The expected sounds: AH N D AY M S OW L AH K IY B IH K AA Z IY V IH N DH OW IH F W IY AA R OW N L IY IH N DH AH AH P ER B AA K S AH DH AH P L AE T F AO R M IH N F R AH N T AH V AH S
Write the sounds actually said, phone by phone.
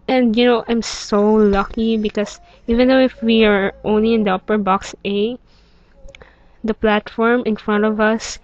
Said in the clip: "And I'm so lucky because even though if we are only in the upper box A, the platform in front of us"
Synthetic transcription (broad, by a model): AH N D AY M S OW L AH K IY B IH K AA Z IY V IH N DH OW IH F W IY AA R OW N L IY IH N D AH AH P ER B AA K S AH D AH P L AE T F AO R M IH N F R AH N T AH V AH S